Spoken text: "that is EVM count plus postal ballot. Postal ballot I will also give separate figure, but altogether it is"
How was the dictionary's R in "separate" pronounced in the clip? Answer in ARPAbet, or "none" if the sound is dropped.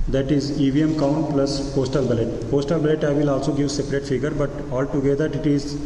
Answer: R